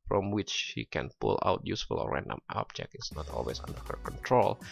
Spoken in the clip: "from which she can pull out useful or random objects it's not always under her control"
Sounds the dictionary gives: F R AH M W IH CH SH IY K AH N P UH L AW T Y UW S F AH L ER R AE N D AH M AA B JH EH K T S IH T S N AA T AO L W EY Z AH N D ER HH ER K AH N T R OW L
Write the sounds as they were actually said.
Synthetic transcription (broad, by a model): F R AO M W IH CH SH IY K AH N P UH L AW T Y UW S F AH L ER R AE N D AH M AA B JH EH K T IH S N AA T AO L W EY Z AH N D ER HH ER K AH N T R OW L